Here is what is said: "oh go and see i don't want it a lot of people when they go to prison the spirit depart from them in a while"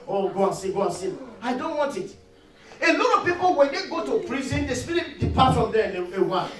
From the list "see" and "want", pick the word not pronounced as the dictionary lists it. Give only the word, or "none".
none